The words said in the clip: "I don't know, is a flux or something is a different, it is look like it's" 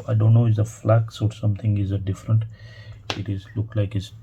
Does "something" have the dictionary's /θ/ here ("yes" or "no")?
no